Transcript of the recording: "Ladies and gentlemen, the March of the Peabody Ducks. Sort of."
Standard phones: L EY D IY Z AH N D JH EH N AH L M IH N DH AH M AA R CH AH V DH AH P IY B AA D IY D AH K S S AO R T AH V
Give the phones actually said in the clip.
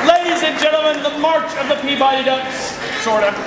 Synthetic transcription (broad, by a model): L EY D IY Z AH N JH EH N L M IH N DH AH M AA R CH AH V DH AH P IY B AA D IY D AH K S SH AO R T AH